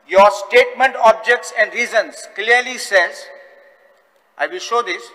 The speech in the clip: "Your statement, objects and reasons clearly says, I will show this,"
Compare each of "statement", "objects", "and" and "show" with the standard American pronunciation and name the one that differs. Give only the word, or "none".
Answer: none